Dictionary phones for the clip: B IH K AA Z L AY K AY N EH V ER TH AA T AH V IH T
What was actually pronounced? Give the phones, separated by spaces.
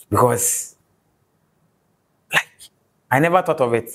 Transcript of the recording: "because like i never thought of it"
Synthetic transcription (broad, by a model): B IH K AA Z L AY K AY N EH V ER T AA T AH V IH T